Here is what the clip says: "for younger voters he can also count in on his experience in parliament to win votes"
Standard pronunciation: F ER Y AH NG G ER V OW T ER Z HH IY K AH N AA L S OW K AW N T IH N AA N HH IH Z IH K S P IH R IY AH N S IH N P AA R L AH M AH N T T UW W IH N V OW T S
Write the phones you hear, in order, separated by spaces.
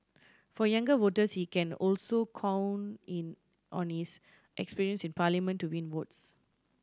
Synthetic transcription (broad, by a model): F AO Y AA NG G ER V OW T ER S HH IY K AH N AA L S OW K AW N IH N AA N HH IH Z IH K S P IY R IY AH N S IH N P AA L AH M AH N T T UW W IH N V OW T S